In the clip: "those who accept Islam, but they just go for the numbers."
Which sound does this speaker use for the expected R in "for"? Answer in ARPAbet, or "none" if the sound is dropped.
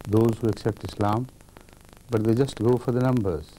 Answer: R